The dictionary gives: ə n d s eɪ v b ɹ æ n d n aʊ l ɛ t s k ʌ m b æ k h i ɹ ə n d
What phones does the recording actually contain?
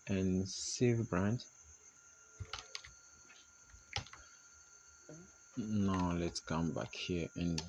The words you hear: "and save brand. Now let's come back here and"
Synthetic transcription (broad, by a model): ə n s eɪ v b ɹ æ n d n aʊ l ɛ t s k ʌ m b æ k h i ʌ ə n